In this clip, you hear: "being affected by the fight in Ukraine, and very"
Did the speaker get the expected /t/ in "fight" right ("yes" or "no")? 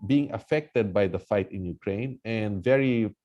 yes